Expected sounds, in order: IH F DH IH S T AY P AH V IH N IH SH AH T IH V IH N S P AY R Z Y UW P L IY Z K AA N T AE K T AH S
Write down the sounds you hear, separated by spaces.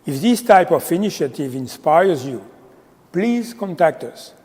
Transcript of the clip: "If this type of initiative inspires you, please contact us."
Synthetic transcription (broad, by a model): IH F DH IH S T AY P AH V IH N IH SH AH T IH V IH N S P AY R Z Y UW P L IY Z K AA N T AE K T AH S